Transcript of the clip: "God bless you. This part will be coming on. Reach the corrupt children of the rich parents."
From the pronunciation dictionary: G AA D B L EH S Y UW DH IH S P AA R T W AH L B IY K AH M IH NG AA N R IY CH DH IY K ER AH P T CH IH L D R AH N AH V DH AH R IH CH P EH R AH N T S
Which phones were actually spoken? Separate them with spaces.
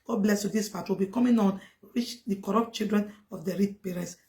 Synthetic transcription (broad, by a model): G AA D B L EH S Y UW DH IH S F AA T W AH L B IY K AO M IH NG AA N R IY CH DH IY K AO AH P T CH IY L D R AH N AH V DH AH R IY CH P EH R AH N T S